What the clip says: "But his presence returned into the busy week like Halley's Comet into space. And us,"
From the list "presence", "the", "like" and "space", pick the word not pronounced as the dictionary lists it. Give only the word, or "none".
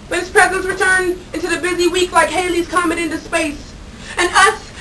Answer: none